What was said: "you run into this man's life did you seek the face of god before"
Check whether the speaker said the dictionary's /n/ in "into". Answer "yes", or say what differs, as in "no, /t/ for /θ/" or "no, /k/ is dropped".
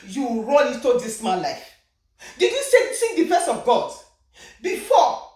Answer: no, /n/ is dropped